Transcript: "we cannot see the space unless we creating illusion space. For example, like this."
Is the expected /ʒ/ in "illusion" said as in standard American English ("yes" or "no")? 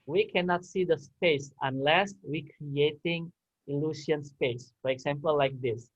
no